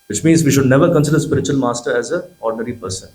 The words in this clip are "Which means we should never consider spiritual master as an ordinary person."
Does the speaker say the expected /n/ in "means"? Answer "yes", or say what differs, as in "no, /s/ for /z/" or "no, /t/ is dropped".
yes